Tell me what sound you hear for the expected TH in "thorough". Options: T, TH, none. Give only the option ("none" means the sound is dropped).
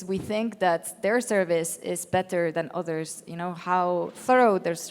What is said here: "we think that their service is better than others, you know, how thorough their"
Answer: TH